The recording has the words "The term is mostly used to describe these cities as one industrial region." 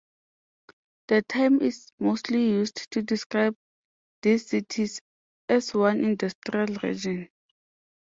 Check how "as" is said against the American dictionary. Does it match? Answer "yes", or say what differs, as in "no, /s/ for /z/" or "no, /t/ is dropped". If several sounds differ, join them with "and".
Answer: no, /s/ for /z/